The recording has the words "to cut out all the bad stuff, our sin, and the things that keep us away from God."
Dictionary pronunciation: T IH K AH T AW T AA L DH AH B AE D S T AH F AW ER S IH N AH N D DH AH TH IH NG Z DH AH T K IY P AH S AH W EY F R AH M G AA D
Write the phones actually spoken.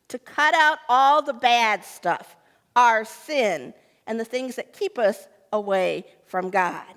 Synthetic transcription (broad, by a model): T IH K AH T AW T AA L DH AH B AE D S T AH F AW ER S IH N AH N DH AH TH IH NG Z DH AH T K IY P AH S AH W EY F R AH M G AA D